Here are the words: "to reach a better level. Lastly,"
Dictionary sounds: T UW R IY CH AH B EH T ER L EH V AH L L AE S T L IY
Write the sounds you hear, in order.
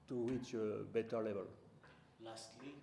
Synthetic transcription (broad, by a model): T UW W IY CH B EH T ER L EH V AH L L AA S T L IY